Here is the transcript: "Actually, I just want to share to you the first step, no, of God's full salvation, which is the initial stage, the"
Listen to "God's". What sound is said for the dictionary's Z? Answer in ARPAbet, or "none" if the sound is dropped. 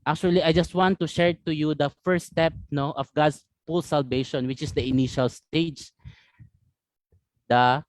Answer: S